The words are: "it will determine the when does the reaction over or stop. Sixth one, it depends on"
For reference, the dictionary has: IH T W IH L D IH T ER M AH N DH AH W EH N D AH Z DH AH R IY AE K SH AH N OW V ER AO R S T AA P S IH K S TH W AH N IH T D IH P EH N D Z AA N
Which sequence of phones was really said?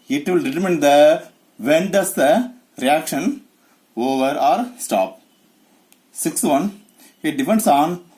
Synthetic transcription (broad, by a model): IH T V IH L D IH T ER M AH N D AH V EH N D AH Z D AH R IY AE K SH AH N OW V ER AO R S T AA P S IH K S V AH N IH T D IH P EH N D S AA N